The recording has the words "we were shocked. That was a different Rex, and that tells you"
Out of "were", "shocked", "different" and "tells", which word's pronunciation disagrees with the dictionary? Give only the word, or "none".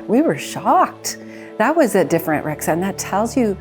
none